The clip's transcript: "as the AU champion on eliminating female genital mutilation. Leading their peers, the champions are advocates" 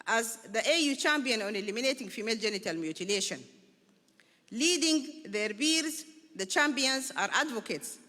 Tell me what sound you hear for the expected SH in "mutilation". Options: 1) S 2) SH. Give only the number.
2